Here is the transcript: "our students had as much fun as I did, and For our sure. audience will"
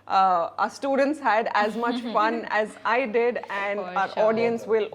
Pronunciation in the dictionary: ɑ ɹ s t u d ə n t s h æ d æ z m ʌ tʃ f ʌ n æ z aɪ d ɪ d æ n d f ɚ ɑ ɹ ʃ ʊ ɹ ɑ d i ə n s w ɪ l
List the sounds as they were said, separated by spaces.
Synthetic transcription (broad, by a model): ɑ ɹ s t u d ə n t s h æ d æ z m ʌ tʃ f ʌ n æ z aɪ d ɪ d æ n d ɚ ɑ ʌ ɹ ɑ d i ə n s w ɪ l